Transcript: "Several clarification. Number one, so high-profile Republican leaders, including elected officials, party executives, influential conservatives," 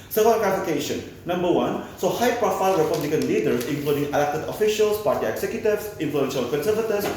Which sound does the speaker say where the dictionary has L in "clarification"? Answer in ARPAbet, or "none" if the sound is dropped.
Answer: none